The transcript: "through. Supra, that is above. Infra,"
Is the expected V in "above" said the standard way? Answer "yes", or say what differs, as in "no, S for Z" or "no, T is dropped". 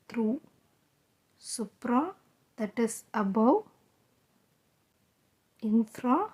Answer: no, W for V